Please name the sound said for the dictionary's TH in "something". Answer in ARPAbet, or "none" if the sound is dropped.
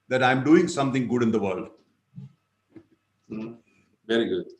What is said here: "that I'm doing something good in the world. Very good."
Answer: T